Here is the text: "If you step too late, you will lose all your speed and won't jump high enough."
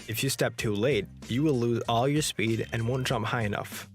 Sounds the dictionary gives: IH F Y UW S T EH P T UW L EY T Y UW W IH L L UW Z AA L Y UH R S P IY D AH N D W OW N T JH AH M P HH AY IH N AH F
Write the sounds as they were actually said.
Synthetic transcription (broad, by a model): IH F Y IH S T EH P T UW L EY T Y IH W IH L L UW Z AA L Y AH R S P IY D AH N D W OW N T JH AH M P HH AY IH N AH F